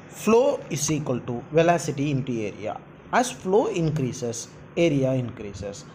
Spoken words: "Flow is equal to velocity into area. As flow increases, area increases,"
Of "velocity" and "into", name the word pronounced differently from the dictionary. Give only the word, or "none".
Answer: none